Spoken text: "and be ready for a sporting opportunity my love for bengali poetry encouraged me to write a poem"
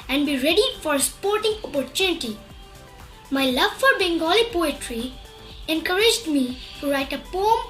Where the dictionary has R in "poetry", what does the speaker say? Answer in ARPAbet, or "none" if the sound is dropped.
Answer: R